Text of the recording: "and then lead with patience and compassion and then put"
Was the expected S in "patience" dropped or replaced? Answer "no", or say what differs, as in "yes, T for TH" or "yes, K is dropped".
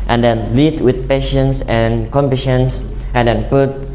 no